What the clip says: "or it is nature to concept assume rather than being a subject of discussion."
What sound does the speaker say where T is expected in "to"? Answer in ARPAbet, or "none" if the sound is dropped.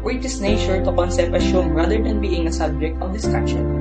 T